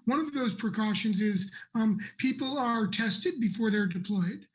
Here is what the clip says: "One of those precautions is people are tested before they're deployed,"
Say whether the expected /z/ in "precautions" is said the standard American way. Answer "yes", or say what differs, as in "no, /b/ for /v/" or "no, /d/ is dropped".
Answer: yes